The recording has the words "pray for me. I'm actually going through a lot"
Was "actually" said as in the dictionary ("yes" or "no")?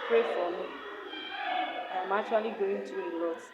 no